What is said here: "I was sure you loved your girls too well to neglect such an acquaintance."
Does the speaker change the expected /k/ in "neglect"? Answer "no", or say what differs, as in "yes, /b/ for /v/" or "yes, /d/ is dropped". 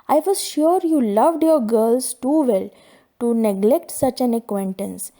no